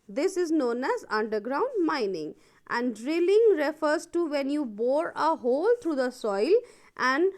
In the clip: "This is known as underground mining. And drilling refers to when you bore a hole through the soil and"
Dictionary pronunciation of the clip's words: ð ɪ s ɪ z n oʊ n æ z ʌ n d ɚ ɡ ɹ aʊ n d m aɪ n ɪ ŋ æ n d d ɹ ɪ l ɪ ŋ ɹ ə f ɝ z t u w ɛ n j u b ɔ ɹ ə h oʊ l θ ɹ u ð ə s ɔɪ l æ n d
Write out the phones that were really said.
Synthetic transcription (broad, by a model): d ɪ s ɪ z n oʊ n æ z ʌ n d ɚ ɡ ɹ aʊ n d m aɪ n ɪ ŋ æ n d d ɹ ɪ l ɪ ŋ ɹ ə f ɝ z t u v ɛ n j u b ɔ ɹ ə h oʊ l t ɹ u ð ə s ɔɪ l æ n d